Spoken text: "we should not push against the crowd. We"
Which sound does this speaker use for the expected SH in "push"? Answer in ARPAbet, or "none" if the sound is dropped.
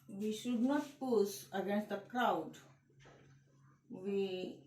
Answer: S